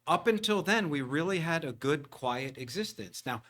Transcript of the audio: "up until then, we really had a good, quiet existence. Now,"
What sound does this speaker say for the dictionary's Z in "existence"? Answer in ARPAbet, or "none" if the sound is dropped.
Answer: Z